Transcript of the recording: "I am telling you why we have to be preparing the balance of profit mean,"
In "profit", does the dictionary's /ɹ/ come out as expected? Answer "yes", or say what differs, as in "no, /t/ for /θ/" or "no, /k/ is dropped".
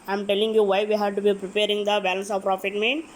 yes